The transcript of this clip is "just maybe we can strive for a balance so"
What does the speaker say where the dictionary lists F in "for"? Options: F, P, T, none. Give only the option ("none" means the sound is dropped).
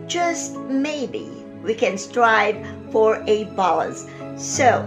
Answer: F